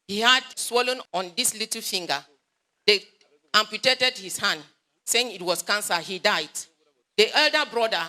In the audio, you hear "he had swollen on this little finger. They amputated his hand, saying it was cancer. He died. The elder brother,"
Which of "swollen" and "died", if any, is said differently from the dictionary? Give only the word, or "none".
none